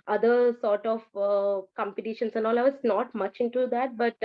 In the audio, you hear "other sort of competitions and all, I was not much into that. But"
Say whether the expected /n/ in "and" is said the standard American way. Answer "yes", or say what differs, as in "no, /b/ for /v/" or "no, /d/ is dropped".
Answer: yes